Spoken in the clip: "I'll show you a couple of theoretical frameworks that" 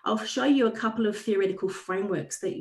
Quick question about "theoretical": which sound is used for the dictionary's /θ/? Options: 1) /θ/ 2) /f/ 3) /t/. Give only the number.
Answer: 1